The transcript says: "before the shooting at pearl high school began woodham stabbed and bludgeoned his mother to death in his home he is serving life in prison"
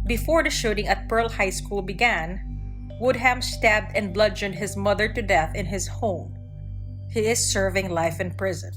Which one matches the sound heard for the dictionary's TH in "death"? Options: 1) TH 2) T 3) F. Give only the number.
1